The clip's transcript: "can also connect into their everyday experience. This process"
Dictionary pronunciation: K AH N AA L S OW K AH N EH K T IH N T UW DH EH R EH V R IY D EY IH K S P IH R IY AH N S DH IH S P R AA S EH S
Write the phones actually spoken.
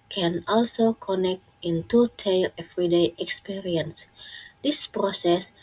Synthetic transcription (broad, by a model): K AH N AA L S OW K AH N EH K T IH N T UW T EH L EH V R IY D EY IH K S P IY R IY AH N S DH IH S P R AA S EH S